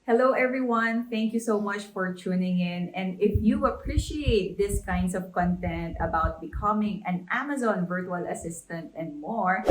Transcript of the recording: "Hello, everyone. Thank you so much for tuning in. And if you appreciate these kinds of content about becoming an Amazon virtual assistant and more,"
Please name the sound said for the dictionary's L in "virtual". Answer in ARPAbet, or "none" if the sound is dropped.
L